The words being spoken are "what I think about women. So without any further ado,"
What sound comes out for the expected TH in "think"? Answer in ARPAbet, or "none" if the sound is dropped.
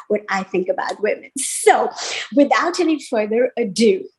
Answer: TH